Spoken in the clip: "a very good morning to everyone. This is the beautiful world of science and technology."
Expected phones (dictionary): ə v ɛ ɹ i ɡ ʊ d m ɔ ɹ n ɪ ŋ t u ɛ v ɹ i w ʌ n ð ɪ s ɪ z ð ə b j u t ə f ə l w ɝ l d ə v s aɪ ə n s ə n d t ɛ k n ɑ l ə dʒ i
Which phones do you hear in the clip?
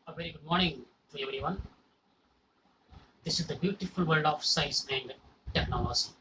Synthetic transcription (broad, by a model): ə v ɛ ɹ i ɡ ʊ d m ɔ ɹ n ɪ ŋ t u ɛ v ɹ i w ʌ n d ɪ s ɪ z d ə b j u t ə f ə l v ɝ l d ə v s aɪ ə s ə n d t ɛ k n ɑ l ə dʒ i